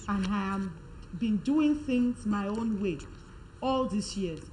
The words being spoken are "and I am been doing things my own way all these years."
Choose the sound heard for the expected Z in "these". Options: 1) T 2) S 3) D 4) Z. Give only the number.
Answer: 2